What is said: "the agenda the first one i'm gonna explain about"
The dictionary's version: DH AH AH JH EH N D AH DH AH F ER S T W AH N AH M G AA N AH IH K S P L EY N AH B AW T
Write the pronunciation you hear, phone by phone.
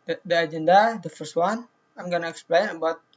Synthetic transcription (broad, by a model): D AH AH JH EH N D AH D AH F ER S T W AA N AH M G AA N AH IH K S P L EY N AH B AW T